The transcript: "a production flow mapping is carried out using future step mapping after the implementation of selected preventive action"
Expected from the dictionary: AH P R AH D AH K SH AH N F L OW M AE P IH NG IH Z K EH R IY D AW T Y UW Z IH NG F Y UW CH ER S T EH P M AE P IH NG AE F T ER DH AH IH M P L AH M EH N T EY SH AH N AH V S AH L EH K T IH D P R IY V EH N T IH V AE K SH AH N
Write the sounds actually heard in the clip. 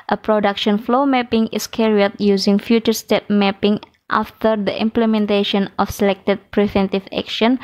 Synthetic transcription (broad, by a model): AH P R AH D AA K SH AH N F L OW M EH P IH NG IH S K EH R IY AW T Y UW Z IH NG F Y UW CH ER S T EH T M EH P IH NG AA F T ER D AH IH M P L AH M EH N T EY SH AH N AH F S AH L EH K T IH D P R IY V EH N T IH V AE K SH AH N